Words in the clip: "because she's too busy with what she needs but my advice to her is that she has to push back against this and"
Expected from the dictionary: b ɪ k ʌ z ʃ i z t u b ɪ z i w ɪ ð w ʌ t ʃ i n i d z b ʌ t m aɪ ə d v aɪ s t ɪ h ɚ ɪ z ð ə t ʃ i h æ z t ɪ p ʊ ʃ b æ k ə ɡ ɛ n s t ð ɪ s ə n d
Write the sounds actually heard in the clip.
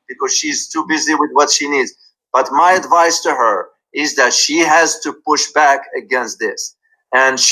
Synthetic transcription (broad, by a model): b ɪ k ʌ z ʃ i z t u b ɪ z i w ɪ ð w ʌ t ʃ i n i d z b ʌ t m aɪ ə d v aɪ s t ɪ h ɚ ɪ z ð ə t ʃ i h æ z t ɪ p ʊ ʃ b æ k ə ɡ ɛ n s t ð ɪ s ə n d